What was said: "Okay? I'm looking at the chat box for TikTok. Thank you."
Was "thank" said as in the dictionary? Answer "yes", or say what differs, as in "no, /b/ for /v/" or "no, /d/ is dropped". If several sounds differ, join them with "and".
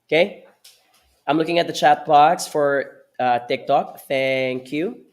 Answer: yes